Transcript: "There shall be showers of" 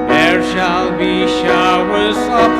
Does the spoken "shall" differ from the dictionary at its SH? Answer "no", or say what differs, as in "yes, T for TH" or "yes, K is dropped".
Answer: no